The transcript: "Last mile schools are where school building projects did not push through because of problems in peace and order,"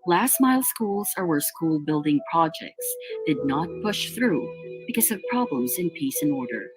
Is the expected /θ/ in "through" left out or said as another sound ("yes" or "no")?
no